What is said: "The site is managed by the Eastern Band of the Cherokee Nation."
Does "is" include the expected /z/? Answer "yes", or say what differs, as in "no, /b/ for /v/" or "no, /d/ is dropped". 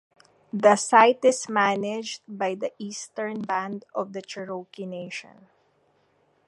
no, /s/ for /z/